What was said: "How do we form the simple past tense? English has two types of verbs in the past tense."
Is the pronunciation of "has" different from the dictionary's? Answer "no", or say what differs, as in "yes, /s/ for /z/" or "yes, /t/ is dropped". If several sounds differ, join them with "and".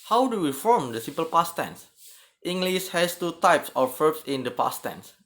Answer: yes, /s/ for /z/